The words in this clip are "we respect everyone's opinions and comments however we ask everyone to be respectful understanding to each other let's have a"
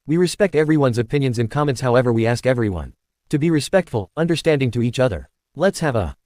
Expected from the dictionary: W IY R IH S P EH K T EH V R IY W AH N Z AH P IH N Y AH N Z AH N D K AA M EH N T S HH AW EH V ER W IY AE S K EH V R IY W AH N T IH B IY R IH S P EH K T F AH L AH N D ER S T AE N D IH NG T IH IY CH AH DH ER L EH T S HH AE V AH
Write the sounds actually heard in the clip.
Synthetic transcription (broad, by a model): W IY R IH S P EH K T EH V R IY W AH N Z AH P IH N Y AH N Z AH N K AA M EH N T S HH AW EH V ER W IY AE S K EH V R IY W AH N T IH B IY R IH S P EH K T F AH L AH N D ER S T AE N D IH NG T IH IY CH AH DH ER L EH T S HH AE V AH